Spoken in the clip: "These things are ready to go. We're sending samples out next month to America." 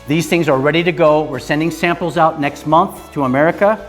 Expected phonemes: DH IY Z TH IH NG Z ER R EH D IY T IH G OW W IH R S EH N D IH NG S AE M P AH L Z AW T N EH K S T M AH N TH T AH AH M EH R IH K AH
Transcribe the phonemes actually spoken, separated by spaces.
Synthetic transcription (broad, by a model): DH IY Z TH IH NG Z ER R EH D IY T IH G OW W IH R S EH N D IH NG S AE M P L Z AW T N EH K S T M AH N TH T AH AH M EH R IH K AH